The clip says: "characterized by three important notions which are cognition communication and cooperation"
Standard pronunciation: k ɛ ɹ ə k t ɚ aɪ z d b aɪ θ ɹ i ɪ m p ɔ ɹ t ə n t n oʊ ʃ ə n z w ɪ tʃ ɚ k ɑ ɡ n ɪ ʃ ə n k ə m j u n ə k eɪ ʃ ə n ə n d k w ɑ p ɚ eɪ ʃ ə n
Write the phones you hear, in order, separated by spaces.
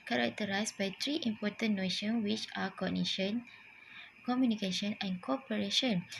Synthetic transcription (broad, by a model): k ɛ ɹ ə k t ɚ aɪ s b aɪ t ɹ i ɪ m p ɔ t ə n n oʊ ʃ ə n w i tʃ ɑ k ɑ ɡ n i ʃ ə n k ə m j u n ə k eɪ ʃ ə n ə n k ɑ p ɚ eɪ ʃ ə n